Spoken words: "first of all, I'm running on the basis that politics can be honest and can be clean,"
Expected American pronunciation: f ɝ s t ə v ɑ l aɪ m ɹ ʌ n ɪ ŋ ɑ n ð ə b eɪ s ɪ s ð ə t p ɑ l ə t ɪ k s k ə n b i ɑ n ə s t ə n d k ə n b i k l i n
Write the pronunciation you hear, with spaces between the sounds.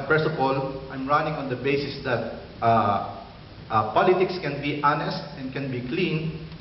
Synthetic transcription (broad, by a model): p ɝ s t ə p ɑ l aɪ m ɹ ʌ n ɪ ŋ ɑ n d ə b eɪ s ɪ s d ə t p ɑ l ə t ɪ k s k ə n b i ɑ n ə s t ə n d k ə n b i k l i n